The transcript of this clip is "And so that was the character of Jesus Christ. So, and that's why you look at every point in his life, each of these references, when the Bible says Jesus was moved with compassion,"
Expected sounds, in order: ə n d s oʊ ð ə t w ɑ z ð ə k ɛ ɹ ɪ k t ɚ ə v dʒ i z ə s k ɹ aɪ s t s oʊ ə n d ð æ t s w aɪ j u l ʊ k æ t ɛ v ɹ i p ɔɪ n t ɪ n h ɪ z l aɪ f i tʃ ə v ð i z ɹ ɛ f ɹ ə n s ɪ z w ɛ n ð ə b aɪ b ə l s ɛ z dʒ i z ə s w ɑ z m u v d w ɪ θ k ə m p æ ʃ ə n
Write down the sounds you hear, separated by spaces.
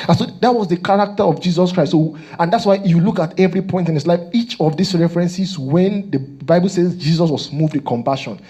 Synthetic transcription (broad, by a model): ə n s oʊ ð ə t w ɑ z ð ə k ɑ ɹ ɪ k t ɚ ə v dʒ i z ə s k ɹ aɪ t s oʊ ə n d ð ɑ t s w aɪ j u l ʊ k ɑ t ɛ v ɹ i p ɔɪ n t ɪ n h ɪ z l aɪ f i tʃ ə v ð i s ɹ ɛ f ɹ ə n s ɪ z w ɛ n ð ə b aɪ b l s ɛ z dʒ i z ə s w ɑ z m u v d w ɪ k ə m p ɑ ʃ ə n